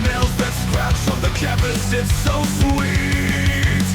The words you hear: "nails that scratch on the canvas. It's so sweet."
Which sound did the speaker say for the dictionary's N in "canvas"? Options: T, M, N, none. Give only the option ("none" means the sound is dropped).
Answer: none